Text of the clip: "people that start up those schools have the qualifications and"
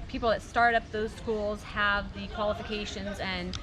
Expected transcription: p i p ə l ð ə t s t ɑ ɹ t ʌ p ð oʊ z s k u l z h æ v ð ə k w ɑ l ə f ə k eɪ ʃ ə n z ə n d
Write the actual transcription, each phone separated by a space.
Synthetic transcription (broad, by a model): p i p l ð ə t s t ɑ ɹ t ʌ p ð oʊ z s k u l z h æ v ð ə k w ɑ l ə f ə k eɪ ʃ ə n z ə n